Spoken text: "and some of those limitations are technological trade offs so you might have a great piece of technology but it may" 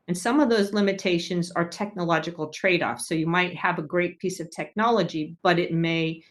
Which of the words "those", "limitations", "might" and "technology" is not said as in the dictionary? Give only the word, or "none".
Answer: none